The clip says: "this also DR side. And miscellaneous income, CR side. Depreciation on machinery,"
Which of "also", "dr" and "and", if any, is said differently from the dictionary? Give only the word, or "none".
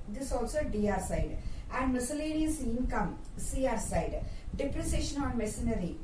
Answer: dr